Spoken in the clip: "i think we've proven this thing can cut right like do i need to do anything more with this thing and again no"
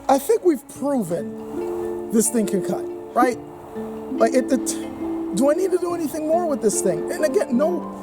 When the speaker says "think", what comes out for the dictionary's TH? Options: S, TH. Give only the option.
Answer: TH